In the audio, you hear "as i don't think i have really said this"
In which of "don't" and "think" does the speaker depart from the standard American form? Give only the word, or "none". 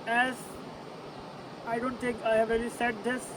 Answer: think